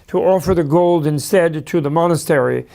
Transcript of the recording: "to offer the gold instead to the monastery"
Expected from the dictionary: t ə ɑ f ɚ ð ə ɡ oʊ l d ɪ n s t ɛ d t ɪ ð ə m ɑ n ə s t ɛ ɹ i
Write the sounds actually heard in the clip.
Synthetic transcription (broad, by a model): t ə ɑ f ɚ ð ə ɡ oʊ l d ɪ n s t ɛ d t ɪ ð ə m ɑ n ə s t ɛ ɹ i